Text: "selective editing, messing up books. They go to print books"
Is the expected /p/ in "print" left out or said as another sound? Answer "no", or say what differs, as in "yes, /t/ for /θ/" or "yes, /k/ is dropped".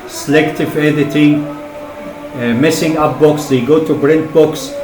yes, /b/ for /p/